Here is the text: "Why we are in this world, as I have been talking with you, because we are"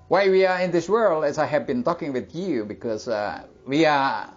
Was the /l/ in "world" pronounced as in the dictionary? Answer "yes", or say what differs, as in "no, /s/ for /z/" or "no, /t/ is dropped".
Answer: yes